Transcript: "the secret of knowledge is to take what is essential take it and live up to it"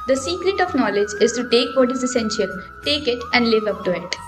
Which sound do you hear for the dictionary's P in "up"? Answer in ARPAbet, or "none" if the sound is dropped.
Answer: P